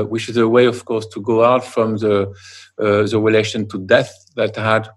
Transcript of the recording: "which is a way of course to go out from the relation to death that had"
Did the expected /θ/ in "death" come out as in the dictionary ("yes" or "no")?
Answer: yes